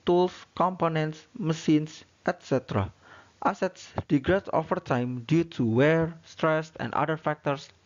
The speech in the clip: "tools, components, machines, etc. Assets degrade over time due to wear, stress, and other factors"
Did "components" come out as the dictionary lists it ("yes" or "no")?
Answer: yes